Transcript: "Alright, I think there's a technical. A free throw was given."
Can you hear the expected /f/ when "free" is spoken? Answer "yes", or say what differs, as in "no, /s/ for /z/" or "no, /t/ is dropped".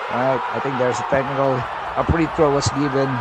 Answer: no, /p/ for /f/